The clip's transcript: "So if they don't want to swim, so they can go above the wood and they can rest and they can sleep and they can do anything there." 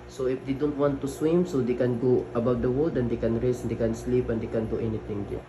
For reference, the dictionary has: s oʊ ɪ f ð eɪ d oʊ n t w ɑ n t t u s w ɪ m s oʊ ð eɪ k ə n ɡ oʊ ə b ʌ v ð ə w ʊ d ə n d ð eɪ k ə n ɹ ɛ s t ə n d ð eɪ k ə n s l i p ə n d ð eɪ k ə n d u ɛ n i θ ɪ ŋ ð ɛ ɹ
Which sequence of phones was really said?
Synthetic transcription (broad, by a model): s oʊ ɪ f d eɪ d oʊ n t w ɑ n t t u s w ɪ m s oʊ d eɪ k ə n ɡ oʊ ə b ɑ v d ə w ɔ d ə n d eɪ k ə n ɹ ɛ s ə n d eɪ k ə n s l i p ə n d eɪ k ə n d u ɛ n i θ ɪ ŋ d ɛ